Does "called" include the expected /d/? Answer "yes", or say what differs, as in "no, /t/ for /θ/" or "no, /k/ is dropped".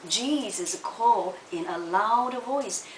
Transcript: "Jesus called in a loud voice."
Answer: no, /d/ is dropped